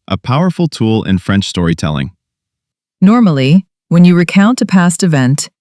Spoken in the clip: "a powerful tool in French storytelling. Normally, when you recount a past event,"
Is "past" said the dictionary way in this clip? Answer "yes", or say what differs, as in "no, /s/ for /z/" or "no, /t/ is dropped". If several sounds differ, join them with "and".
yes